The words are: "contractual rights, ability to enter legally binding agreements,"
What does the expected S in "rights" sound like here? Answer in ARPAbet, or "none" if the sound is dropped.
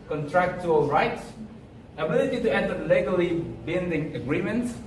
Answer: S